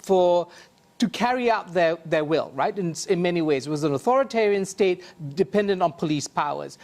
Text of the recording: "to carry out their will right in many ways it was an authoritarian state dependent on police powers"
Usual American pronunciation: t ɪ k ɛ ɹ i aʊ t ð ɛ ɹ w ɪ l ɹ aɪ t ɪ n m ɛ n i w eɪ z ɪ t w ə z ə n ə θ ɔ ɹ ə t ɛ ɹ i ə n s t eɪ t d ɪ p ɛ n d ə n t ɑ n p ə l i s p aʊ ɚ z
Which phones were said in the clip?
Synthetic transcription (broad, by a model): t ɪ k ɛ ɹ i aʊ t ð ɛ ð w ɪ l ɹ aɪ t ɪ n m ɛ n i w eɪ z ɪ t w ə z ə n ə θ ɔ ɹ ə t ɛ ɹ i ə n s t eɪ t d ɪ p ɛ n d ə n t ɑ n p ə l i s p aʊ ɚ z